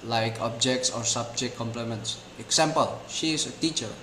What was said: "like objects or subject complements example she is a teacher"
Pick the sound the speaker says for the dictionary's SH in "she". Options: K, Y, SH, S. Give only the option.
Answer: SH